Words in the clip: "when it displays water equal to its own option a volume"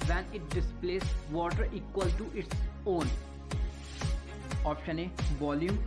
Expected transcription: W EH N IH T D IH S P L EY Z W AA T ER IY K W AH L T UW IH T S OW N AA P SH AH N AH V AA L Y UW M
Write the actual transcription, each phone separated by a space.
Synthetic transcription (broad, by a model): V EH N IH T D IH S P L EY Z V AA T ER IY K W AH L T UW IH T S OW N AA P SH AH N AH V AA L Y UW M